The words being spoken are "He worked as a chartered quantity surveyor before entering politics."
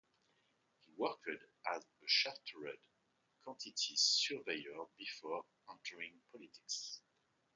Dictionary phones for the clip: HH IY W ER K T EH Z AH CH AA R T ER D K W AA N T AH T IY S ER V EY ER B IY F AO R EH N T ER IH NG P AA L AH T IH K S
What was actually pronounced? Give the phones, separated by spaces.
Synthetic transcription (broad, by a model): HH IY W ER K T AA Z AH SH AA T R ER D K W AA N T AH T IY S ER V EY ER B IY F AO R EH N T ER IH NG P AA L AH T IH K S